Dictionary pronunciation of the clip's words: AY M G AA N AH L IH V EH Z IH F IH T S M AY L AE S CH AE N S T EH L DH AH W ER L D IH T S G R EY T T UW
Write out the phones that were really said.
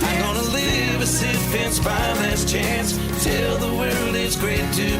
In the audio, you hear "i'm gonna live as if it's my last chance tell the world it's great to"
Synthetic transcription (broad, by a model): AY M G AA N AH L IH V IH S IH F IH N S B AY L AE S CH AE N S T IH L DH AH W ER L D IH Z G R EY T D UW